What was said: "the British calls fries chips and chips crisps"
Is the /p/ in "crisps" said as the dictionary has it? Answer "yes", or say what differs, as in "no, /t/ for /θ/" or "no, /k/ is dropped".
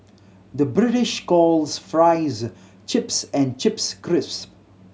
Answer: no, /p/ is dropped